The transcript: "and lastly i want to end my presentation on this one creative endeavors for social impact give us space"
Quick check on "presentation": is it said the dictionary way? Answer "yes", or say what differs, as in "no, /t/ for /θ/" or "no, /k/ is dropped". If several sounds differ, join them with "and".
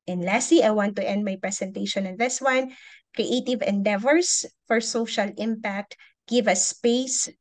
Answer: no, /s/ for /z/